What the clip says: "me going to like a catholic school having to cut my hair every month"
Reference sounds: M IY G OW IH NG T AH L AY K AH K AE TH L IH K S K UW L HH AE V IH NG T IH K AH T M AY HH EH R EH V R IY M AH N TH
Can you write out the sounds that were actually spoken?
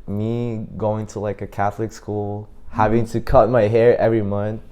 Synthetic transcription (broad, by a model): M IY G OW IH NG T AH L AY K AH K AE TH L IH K S K UW L HH AE V IH NG T IH K AH T M AY HH EH R EH V R IY M AH N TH